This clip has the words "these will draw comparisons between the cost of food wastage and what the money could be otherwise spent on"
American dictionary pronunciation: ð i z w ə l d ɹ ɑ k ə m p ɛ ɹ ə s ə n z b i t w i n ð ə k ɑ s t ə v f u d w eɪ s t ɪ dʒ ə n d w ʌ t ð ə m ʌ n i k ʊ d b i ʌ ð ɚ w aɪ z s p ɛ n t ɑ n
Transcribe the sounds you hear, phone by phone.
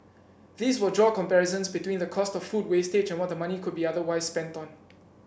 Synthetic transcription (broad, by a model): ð i s w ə d ɹ ɑ k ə m p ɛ ɹ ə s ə n s b i t w i n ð ə k ɑ s t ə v f u d w eɪ s t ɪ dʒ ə n w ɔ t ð ə m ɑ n i k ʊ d b i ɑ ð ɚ w aɪ s p ɛ n t ɑ n